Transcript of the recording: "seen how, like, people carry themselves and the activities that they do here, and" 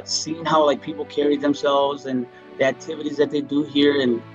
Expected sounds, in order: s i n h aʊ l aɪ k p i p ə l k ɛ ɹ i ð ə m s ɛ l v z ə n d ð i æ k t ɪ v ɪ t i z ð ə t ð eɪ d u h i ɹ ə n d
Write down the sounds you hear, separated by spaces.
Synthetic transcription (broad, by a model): s i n h aʊ l aɪ k p i p l k ɛ ɹ i ð ə m s ɛ l v z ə n ð i æ k t ɪ v ɪ t i z ð ə t ð eɪ d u h i ɹ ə n